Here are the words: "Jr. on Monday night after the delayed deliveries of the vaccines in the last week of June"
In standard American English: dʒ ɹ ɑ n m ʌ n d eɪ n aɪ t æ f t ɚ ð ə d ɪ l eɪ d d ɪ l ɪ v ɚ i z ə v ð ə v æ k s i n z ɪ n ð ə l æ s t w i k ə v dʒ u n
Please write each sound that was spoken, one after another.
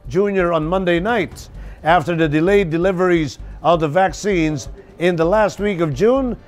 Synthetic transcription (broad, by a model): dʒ ɹ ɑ n m ʌ n d eɪ n aɪ t æ f t ɚ ð ə d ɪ l eɪ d d ɪ l ɪ v ɚ i z ə v ð ə v æ k s i n z ɪ n ð ə l æ s t w i k ə v dʒ u n